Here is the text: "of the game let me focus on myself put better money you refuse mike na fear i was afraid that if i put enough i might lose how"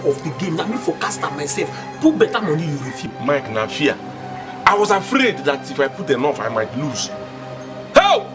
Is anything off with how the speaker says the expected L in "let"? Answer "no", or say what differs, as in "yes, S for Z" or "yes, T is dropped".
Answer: yes, N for L